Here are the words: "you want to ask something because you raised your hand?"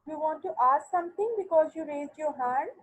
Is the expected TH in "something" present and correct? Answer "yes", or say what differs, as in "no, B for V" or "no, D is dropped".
no, T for TH